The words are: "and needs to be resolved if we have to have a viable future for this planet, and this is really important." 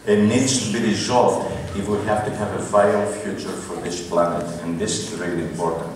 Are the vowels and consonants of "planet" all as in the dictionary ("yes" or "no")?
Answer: yes